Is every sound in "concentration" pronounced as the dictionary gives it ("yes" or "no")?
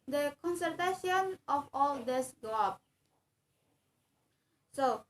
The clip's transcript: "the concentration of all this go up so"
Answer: no